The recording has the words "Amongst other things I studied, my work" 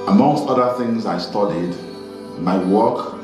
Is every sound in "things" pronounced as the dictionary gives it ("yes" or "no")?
yes